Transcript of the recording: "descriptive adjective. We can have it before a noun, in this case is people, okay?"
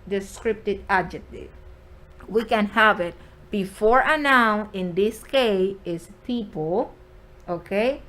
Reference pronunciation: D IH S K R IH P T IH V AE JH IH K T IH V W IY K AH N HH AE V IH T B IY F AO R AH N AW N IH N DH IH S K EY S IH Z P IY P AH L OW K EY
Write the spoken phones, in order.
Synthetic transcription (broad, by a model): D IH S K R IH P T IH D AE JH IH K T IH V W IY K AH N HH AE V IH T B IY F AO R AH N AW N IH N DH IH S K EY IH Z P IY P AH L OW K EY